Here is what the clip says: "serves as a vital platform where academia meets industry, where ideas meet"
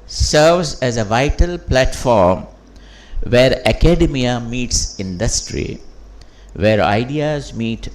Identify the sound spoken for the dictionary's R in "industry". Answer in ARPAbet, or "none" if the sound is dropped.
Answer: R